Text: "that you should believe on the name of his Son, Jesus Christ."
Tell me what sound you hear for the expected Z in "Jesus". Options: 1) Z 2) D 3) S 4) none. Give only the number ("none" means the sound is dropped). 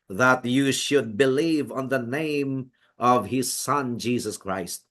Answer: 1